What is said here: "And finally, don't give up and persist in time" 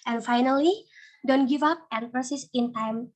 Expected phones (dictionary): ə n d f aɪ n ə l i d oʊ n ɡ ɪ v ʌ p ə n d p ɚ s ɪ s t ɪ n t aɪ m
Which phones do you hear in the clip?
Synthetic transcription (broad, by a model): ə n f aɪ n ə l i d oʊ n ɡ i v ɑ p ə n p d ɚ s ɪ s ɪ n t aɪ m